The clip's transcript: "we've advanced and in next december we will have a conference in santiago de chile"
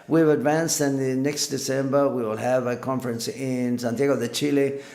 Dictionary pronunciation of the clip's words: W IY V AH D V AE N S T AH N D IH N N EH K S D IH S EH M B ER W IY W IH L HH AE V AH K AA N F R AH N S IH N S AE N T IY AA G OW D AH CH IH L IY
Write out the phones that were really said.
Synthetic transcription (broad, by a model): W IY V AH D V AE N S T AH N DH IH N N EH K S D IH S EH M B ER W IY W IH L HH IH V AH K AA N F R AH N S IH N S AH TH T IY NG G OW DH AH CH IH L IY